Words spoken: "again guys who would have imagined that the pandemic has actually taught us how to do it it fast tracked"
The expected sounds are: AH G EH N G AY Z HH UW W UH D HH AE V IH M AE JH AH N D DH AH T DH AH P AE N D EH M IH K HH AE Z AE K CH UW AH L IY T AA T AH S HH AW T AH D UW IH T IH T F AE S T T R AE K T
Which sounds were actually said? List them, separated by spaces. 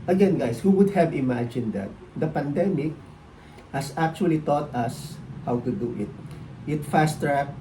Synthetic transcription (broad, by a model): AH G EH N G AY S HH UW W UH D HH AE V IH M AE JH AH N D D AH T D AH P AE N D EH M IH K HH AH S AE K CH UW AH L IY T AA T AH S HH AW T AH D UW IH T IH T F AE S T T R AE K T